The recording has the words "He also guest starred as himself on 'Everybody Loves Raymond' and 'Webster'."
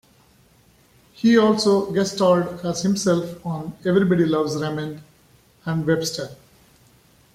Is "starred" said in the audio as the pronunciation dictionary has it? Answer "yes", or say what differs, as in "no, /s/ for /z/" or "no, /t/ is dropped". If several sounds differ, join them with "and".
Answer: no, /l/ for /ɹ/